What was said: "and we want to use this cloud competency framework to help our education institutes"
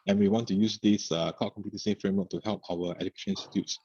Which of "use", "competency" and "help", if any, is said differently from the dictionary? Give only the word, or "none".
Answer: competency